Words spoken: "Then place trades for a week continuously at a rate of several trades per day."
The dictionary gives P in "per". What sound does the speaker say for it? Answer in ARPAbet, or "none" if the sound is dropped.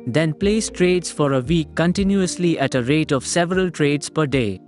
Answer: P